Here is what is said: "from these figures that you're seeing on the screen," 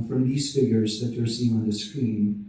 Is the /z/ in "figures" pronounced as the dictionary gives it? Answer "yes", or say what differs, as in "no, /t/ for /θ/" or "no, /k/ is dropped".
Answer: yes